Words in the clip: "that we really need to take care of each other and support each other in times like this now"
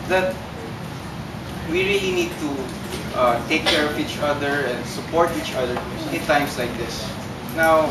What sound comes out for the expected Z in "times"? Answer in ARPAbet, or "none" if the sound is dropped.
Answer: S